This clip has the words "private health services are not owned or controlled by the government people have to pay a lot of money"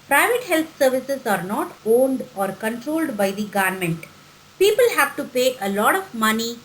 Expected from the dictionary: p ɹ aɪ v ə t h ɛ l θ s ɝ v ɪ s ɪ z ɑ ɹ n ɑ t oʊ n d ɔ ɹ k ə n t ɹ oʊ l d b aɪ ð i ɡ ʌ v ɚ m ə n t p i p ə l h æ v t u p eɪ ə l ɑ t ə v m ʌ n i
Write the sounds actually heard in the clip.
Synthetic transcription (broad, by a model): p ɹ aɪ v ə t h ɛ l t s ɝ v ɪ s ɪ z ɑ ɹ n ɑ t oʊ n d ɔ ɹ k ə n t ɹ oʊ l d b aɪ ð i ɡ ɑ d m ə n t p i p ə l h æ v t u p eɪ ə l ɑ t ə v m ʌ n i